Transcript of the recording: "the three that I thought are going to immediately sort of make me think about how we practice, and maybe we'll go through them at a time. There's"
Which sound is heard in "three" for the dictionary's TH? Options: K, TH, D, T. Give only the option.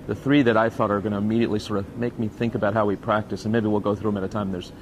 TH